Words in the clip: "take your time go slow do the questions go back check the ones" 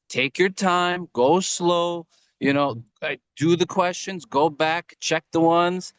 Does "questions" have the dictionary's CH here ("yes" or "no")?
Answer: yes